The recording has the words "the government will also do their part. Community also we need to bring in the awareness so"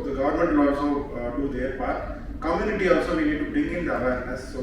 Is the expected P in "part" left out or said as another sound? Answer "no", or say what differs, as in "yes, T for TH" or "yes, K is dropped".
yes, B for P